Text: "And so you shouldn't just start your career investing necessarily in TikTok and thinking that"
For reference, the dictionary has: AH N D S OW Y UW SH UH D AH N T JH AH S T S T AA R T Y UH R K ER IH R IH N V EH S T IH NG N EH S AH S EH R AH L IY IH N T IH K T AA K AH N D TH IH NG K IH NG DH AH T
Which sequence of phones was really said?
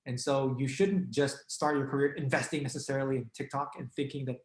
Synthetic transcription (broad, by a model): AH N S OW Y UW SH UH D N JH AH S T S T AA R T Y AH R K ER IH R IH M V EH S T IH NG N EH S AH S EH R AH L IY IH N T IH K T AA K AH N TH IH NG K IH NG DH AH T